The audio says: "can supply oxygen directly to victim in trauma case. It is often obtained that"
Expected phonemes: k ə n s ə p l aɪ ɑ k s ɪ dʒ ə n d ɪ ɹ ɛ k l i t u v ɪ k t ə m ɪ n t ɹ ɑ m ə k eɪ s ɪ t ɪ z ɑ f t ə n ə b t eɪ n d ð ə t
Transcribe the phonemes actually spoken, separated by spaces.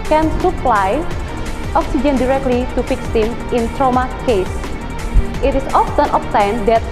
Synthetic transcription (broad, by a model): k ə n s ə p l aɪ ɑ k s ɪ dʒ ə n d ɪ ɹ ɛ k l i t u f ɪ k s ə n ɪ n t ɹ ɑ m ə k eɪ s ɪ t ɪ s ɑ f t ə n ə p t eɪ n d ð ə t